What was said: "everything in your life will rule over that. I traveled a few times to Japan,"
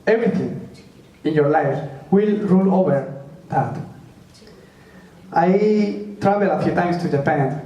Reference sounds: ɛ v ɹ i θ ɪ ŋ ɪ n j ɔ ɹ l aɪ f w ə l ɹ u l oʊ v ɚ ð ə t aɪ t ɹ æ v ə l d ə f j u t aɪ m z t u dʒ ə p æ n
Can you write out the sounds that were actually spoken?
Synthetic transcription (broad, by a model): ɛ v ɹ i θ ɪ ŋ ɪ n j ɔ ɹ l aɪ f w ə l ɹ u l oʊ v ɚ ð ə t aɪ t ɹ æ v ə l ə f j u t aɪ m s t u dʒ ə p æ n